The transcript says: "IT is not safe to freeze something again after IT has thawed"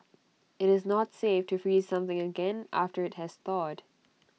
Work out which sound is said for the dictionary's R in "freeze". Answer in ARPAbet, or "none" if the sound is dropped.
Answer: R